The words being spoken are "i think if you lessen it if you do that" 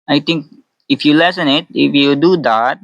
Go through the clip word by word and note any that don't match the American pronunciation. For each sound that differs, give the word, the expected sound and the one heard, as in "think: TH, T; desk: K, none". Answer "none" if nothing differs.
think: TH, T